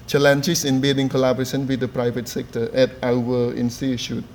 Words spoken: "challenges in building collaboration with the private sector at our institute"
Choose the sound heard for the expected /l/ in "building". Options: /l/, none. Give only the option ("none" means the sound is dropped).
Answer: none